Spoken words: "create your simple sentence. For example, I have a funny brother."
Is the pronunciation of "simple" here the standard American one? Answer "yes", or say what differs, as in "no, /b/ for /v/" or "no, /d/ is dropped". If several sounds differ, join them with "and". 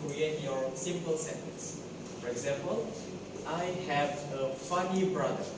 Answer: yes